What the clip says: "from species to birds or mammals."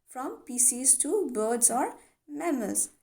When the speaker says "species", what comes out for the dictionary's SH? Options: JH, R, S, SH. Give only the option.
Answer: S